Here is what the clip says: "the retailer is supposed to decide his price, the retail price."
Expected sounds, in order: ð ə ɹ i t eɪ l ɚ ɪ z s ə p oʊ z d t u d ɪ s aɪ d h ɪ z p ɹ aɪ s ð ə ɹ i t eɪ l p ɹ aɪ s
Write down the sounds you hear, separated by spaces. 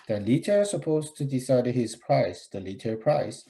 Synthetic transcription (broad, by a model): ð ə l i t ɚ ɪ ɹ s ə p oʊ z t u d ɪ s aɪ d h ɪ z p ɹ aɪ s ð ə l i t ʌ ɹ p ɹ aɪ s